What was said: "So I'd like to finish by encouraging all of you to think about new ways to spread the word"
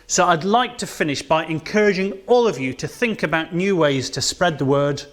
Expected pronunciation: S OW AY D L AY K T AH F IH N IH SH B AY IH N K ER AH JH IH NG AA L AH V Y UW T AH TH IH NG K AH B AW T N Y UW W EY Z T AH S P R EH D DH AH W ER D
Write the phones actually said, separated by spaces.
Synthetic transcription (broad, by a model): S OW AY D L AY K T AH F IH N IH SH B AY IH N K ER AH JH IH NG AA L AH V Y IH T AH TH IH NG K AH B AW T N Y UW W EY Z T AH S P R EH D DH AH W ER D